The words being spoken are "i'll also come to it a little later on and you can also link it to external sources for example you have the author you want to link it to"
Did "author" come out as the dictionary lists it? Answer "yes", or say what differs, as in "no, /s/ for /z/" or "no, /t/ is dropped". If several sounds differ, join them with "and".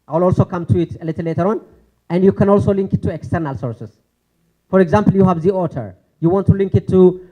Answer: no, /t/ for /θ/